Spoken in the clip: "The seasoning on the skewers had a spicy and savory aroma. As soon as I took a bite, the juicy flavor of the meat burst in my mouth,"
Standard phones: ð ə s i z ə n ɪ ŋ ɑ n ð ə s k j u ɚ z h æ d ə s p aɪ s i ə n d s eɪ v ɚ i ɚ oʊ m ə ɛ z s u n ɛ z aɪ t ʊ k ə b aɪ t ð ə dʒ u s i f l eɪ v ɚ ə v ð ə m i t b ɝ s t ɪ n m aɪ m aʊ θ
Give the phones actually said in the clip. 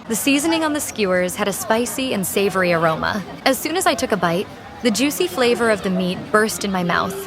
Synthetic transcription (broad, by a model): ð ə s i z ə n ɪ ŋ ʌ n ð ə s k j u ɚ z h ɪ d ə s p aɪ s i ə n s eɪ v ɚ i ɚ oʊ m ə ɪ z s u n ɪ z aɪ t ʊ k ə b aɪ t ð ə dʒ u s i f l eɪ v ɚ ə v ð ə m i t b ɝ s t ɪ n m aɪ m aʊ θ